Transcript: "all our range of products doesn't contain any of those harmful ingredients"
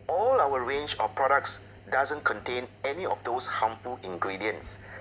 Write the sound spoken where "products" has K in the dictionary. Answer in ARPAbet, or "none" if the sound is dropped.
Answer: K